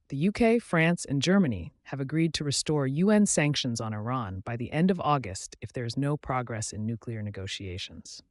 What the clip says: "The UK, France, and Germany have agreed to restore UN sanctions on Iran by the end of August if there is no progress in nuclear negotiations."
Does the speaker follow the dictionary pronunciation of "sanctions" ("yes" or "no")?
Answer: yes